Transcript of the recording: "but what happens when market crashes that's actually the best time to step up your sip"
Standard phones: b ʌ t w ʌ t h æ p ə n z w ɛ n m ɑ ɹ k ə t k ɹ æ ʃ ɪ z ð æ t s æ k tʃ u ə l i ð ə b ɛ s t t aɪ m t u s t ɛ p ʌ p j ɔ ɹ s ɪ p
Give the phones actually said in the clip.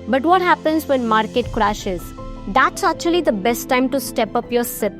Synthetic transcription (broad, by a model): b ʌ t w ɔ t h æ p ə n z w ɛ n m ɑ ɹ k ə t k ɹ æ ʃ ɪ z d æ t s æ k tʃ u ə l i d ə b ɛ s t t aɪ m t u s t ɛ p ʌ p j ɔ ɹ s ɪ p